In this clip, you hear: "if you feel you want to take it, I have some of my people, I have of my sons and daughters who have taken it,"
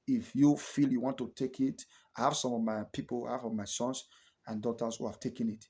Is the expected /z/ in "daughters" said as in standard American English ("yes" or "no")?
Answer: no